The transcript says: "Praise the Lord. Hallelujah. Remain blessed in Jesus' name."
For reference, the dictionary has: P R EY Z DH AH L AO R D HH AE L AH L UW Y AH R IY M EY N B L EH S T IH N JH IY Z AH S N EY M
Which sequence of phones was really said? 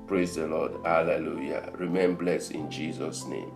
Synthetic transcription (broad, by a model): P R EY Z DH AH L AO D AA L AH L UW Y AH R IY M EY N B L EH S IH N JH IY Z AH S N EY M